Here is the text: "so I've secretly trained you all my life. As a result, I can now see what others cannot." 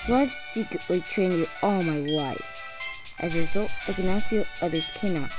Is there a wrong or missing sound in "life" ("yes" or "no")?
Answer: yes